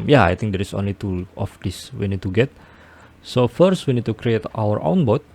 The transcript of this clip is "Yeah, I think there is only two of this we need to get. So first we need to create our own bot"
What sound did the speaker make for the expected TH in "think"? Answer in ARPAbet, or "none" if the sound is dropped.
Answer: T